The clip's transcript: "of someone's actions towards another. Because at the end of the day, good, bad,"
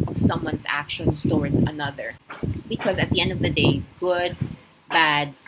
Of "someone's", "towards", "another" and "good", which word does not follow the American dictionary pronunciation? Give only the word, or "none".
none